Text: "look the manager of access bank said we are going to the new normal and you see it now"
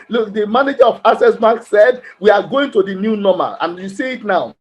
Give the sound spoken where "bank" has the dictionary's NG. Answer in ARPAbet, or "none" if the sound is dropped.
none